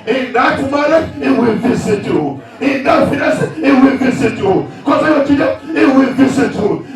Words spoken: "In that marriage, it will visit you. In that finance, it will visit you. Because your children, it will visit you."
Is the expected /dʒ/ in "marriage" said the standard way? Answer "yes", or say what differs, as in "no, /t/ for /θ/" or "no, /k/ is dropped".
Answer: no, /dʒ/ is dropped